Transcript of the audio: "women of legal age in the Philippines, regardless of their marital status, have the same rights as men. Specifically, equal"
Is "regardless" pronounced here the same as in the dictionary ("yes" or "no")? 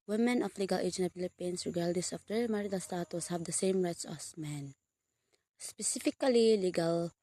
no